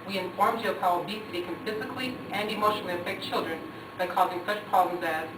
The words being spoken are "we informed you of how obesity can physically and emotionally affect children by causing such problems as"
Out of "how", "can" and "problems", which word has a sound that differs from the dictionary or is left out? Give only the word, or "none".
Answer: none